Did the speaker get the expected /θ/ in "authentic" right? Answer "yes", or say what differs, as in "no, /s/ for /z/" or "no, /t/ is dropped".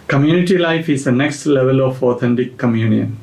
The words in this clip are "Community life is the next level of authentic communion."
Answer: no, /t/ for /θ/